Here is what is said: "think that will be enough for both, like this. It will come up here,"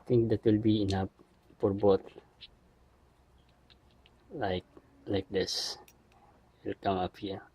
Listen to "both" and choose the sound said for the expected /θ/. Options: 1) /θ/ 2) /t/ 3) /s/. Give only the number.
2